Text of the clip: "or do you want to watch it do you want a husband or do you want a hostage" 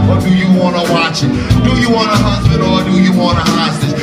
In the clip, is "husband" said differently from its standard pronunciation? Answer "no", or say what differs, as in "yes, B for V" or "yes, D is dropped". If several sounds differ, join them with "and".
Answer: yes, N is dropped